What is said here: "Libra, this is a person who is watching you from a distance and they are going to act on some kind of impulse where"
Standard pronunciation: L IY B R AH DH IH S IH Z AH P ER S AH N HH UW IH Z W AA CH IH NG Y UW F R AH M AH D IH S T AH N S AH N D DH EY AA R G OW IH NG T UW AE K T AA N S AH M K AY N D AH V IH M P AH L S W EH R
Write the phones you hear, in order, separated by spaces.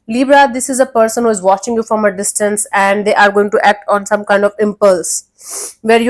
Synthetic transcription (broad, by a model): L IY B R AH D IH S IH Z AH P ER S AH N HH UW IH Z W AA CH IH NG Y UW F R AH M AH D IH S T AH N S AH N D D EY AA R G OW IH NG T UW AE K T AA N S AH M K AY N D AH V IH M P AH L S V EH R